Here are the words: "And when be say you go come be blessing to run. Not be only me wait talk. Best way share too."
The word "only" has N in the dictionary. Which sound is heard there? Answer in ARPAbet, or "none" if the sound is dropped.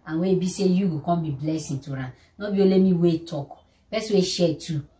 none